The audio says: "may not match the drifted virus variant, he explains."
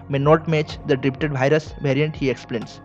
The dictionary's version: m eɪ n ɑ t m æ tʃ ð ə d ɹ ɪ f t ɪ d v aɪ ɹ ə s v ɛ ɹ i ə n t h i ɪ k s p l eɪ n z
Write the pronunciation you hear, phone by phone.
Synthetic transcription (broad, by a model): m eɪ n ɑ t m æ tʃ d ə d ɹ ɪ p t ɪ d v aɪ ɹ ə s v ɛ ɹ i ə n t h i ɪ k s p l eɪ n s